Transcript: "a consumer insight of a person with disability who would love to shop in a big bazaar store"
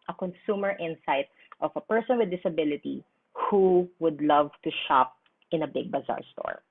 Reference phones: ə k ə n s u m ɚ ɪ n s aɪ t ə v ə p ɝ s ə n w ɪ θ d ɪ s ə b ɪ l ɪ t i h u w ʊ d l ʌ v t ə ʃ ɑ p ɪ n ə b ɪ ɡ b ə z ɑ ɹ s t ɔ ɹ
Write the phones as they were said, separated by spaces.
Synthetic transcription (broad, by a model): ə k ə n s u m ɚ ɪ n s aɪ t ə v ə p ɝ s ə n w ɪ d ɪ s ə b ɪ l ɪ t i h u w ʊ d l ʌ v t ə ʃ ɑ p ɪ n ə b ɪ ɡ b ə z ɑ ɹ s t ɔ ɹ